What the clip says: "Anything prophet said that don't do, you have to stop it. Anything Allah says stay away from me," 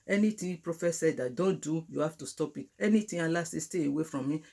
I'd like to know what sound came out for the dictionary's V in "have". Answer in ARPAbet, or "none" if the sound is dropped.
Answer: F